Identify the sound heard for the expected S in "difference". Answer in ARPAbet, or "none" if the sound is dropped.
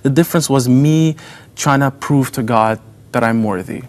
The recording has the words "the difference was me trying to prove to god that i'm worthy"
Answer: S